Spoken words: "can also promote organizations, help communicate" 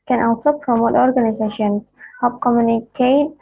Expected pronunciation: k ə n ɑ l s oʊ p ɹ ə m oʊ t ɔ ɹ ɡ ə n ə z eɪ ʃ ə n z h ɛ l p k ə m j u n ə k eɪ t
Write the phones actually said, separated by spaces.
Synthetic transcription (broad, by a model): k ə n ɑ l s oʊ p ɹ ə m oʊ t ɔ ɹ ɡ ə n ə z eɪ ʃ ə n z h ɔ p k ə m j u n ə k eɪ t